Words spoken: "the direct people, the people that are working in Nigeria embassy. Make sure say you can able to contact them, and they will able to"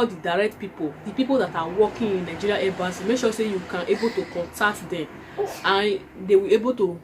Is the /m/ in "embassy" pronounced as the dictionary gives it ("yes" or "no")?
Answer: no